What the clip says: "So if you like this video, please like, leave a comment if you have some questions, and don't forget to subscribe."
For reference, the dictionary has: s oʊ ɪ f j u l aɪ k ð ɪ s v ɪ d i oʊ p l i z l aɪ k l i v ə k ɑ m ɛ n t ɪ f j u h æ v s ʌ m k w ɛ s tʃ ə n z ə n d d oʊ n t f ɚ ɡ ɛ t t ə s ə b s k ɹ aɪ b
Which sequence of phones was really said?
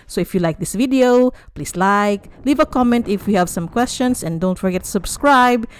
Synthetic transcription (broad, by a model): s oʊ ɪ f j u l aɪ k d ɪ s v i d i oʊ p l i s l aɪ k l i v ə k ɑ m ɛ n t ɪ f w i h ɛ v s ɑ m k w ɛ s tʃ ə n s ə n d d oʊ n t f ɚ ɡ ɛ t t s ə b s k ɹ aɪ b